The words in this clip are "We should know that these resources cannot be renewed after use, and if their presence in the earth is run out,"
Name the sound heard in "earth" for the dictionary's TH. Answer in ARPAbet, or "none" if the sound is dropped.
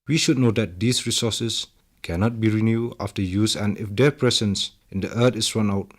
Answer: T